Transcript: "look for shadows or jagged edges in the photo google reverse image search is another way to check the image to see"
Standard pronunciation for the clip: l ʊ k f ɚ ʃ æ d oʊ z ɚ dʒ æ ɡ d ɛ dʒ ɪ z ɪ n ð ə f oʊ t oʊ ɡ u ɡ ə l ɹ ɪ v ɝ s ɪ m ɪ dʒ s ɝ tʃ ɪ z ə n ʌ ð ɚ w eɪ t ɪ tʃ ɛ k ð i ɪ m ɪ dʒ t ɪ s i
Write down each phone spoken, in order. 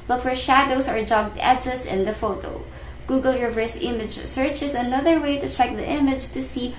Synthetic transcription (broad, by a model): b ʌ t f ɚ ʃ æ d oʊ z ɚ dʒ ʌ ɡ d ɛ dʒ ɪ s ɪ n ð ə f oʊ t oʊ ɡ u ɡ ə l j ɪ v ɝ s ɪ m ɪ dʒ s ɝ tʃ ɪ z ə n ʌ ð ɚ w eɪ t ɪ tʃ ɛ k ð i ɪ m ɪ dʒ t ɪ s i